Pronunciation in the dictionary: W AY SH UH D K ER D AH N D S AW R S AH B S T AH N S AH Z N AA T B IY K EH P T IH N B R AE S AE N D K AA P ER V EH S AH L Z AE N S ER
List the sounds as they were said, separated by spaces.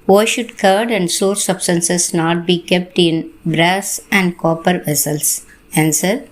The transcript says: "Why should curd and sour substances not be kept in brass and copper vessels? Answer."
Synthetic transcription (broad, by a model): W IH SH UH D K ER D AH N D S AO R S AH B S T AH N S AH S N AA T B IY K EH P T IH N B R AE S AE N D K AA P ER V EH S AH L S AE N S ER